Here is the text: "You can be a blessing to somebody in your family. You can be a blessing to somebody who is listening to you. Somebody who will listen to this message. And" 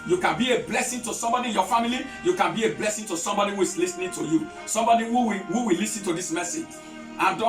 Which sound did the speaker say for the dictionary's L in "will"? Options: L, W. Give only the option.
W